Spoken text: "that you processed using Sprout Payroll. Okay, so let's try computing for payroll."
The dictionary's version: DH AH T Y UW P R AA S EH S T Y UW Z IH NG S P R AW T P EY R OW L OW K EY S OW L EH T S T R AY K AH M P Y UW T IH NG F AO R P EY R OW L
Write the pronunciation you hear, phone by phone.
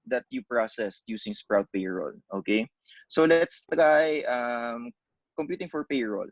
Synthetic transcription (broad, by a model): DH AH T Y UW P R AA S EH S T Y UW S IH NG S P R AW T P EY R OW L OW K EY S OW L EH T S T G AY K AH M P Y UW T IH NG F AO R P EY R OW L